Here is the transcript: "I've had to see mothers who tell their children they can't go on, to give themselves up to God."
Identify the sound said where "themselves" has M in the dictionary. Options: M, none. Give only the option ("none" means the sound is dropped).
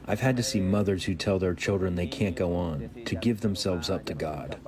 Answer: M